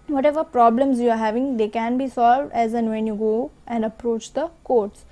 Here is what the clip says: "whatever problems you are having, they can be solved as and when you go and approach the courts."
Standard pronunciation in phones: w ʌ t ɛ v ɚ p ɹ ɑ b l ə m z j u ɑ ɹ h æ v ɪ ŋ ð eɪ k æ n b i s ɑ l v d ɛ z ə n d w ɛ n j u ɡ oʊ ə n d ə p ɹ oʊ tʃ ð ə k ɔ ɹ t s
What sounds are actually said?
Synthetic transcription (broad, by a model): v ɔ t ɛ v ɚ p ɹ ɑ b l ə m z j u ɑ ɹ h æ v ɪ ŋ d eɪ k æ n b i s ɑ l v d ɛ z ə n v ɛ n j u ɡ oʊ ə n d ə p ɹ oʊ tʃ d ə k ɔ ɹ t s